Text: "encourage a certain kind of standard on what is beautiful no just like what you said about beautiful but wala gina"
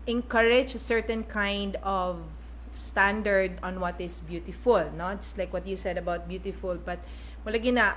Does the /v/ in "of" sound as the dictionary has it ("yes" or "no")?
yes